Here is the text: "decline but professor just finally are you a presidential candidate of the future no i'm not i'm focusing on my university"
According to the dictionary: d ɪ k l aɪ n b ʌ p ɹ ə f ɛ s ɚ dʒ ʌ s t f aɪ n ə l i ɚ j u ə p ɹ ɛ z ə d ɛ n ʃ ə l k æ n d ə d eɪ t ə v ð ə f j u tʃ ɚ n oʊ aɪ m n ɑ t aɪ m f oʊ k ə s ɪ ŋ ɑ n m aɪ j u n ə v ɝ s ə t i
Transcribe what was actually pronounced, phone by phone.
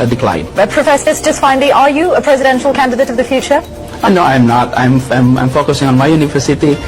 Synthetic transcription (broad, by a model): d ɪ k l aɪ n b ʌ p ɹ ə f ɛ s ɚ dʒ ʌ s t f aɪ n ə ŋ ɚ j u ə p ɹ ɛ z ə d ɛ n ʃ ə l k æ n d ə d eɪ t ə v ð ə f j u tʃ ɚ n oʊ aɪ m n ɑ t aɪ m f oʊ k ə s ɪ ŋ ɑ n m aɪ j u n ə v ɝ s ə t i